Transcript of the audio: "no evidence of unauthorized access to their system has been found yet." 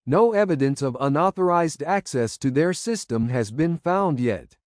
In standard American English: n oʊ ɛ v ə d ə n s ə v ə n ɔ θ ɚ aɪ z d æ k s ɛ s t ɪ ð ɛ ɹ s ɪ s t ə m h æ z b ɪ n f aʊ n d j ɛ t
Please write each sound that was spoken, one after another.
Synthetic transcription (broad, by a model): n oʊ ɛ v ə d ə n s ə v ə n ɔ θ ɚ aɪ z d æ k s ɛ s t ɪ ð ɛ ɹ s ɪ s t ə m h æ z b ɪ n f aʊ n d j ɛ t